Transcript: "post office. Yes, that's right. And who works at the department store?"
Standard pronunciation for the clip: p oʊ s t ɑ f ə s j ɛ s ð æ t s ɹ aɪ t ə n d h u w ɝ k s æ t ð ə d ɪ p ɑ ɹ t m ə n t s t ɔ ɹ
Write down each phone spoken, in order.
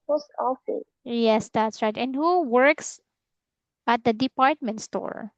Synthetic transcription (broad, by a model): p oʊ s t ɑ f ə j ɛ s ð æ t s ɹ aɪ t ə n d h u w ɝ k s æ t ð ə d ɪ p ɑ ɹ t m ə n t s t ɔ ɹ